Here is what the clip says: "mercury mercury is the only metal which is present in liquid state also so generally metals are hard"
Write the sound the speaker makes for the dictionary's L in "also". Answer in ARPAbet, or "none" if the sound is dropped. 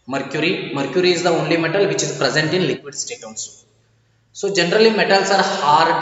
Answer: N